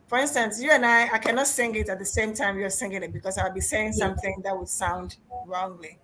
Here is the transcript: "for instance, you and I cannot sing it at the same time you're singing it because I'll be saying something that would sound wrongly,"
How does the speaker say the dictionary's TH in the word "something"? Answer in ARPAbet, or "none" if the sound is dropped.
TH